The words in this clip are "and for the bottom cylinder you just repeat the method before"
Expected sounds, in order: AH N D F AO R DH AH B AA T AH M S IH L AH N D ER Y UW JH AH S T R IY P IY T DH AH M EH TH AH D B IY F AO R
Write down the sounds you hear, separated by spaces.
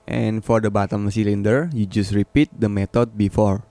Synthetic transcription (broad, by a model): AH N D F AO R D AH B AA T AH M S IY L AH N D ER Y UW JH AH S T R IY P IY T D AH M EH T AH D B IY F AO R